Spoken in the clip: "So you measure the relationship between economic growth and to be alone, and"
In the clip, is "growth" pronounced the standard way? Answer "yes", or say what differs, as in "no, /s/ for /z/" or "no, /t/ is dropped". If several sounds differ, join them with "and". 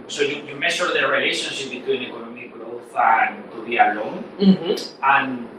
yes